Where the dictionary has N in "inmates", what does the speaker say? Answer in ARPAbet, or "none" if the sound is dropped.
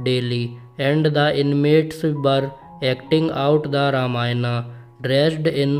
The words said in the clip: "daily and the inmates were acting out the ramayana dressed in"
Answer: N